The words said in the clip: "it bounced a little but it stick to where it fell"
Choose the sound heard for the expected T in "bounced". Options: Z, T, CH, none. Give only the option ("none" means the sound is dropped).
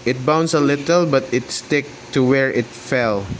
none